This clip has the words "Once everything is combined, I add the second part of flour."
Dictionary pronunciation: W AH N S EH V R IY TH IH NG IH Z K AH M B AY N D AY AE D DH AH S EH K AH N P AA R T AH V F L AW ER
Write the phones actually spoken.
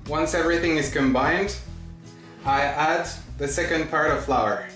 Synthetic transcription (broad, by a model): W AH N S EH V R IY TH IH NG IH Z K AH M B AY N D AY AE D DH AH S EH K AH N P AA R T AH V F L AW ER